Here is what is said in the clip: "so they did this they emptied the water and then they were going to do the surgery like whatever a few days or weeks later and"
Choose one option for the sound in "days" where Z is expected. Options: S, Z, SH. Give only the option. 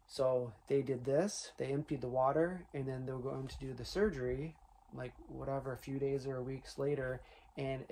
Z